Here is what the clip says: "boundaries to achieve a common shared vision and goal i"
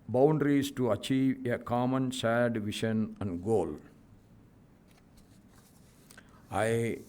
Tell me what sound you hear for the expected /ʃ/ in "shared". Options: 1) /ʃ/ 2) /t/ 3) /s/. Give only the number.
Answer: 3